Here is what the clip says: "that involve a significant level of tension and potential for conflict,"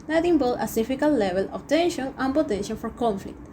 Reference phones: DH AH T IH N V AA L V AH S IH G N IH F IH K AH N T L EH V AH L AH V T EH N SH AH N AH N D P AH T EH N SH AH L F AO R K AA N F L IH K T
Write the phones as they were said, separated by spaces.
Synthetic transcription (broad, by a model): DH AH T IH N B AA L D AH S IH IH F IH K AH L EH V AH L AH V T EH N SH AH N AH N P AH T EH N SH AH N F AO R K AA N F L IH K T